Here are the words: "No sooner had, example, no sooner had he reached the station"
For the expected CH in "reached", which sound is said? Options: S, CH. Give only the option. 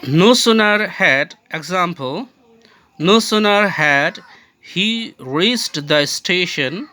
S